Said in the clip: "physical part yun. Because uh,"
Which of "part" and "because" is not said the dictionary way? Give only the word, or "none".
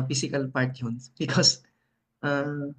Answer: none